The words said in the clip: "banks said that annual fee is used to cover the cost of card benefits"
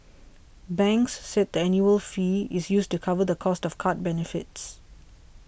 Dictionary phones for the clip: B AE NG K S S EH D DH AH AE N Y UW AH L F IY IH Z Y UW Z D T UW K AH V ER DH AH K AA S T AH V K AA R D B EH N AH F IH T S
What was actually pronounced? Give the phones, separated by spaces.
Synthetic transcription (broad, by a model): B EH NG K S S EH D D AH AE N Y UW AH L F IY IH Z Y UW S T UW K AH V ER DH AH K AA S T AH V K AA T B EH N AH F IH T S